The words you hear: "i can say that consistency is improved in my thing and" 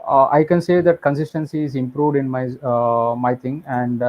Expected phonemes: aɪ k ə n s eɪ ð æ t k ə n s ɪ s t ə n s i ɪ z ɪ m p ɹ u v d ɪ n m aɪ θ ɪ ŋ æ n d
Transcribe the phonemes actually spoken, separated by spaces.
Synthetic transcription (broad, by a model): aɪ k ə n s eɪ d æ t k ə n s ɪ s t ə n s i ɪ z ɪ m p ɹ u v d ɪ n m aɪ t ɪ ŋ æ n d